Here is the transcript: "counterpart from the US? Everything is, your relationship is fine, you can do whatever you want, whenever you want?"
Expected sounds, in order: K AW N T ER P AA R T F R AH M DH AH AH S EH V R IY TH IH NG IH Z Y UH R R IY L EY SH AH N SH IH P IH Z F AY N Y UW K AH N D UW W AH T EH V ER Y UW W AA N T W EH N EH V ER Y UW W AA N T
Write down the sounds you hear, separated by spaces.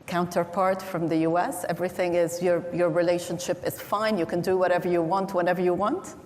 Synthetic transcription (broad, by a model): K AW N T ER P AA R T F R AH M DH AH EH S EH V R IY TH IH NG IH Z Y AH R R IY L EY SH AH N SH IH P IH Z F AY N Y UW K AH N D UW W AH T EH V ER Y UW W AA N T W EH N EH V ER Y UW W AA N T